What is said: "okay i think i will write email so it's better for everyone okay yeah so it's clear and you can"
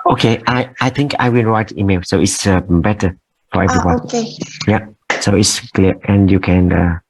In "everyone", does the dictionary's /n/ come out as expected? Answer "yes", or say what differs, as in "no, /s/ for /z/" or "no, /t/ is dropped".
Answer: no, /n/ is dropped